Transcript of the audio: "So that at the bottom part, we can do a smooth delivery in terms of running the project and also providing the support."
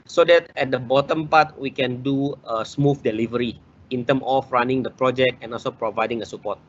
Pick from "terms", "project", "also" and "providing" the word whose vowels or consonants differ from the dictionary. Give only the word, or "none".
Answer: terms